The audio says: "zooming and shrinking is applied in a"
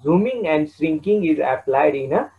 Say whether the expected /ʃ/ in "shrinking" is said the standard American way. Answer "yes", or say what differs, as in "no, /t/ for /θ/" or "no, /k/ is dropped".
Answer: no, /s/ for /ʃ/